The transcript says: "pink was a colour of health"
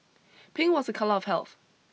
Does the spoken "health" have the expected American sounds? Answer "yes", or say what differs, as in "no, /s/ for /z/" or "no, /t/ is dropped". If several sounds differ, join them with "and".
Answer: yes